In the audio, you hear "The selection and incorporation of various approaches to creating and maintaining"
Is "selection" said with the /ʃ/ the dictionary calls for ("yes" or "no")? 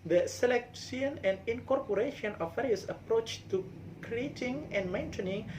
no